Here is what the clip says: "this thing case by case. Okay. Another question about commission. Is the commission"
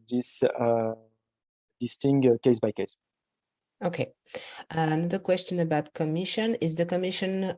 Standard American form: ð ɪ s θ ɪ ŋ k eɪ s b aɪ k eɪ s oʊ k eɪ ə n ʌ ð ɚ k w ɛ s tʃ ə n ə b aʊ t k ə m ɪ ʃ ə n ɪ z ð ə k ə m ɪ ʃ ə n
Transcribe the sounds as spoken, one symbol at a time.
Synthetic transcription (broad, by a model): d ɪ s t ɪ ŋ k eɪ s b aɪ k eɪ s oʊ k eɪ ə n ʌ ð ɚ k w ɛ s tʃ ə n ə b aʊ t k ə m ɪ ʃ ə n ɪ z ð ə k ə m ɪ ʃ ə n